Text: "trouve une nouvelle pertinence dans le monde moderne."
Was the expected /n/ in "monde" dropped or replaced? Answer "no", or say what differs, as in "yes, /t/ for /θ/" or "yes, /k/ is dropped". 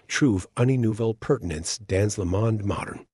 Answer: no